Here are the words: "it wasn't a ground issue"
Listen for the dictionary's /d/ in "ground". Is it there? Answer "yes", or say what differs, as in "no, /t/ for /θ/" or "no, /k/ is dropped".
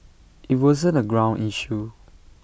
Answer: no, /d/ is dropped